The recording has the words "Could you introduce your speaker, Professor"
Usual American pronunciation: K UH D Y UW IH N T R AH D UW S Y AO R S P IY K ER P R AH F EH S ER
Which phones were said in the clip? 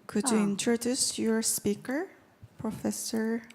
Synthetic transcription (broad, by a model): K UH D Y UW IH N T R AH D UW S Y AO R S P IY K ER P R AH F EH S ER